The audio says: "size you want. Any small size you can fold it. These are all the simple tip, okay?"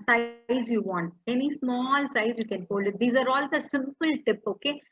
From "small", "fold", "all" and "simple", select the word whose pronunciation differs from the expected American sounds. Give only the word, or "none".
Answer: fold